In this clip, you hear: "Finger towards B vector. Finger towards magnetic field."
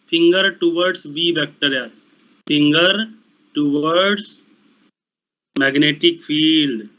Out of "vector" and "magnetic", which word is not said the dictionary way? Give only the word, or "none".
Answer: vector